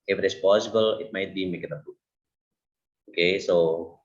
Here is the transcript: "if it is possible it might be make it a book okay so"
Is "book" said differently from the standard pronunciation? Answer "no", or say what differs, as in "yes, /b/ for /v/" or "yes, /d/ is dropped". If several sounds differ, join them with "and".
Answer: yes, /k/ is dropped